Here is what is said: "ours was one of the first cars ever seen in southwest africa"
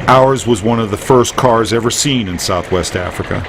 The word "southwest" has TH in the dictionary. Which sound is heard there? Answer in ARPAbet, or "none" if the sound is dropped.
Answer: TH